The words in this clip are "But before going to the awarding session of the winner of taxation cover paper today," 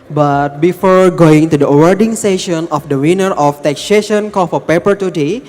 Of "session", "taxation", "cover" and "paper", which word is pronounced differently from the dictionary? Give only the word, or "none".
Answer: cover